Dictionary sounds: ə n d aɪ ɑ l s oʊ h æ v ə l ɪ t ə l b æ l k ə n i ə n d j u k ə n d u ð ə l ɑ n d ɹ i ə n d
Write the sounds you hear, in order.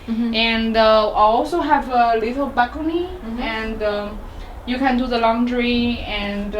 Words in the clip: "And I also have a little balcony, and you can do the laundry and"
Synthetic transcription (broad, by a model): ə n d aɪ ɑ l s oʊ h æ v ə l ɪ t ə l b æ k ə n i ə n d j u k ə n d u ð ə l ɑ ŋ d ɹ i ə n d